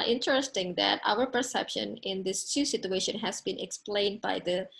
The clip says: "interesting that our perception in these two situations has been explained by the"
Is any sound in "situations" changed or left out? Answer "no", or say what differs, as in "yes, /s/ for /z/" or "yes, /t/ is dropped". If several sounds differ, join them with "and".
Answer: yes, /z/ is dropped